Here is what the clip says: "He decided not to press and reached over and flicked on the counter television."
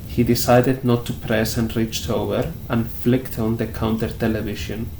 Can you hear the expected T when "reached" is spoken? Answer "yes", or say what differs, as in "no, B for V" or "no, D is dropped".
yes